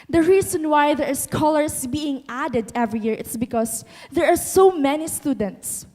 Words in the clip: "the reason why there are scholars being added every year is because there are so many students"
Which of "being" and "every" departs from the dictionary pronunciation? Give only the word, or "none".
none